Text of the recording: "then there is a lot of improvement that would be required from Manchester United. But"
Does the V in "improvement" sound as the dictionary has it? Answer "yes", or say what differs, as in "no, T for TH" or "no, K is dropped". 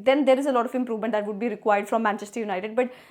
yes